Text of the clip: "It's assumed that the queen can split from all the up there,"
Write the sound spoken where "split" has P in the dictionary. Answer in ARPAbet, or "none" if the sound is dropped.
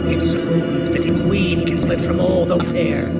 none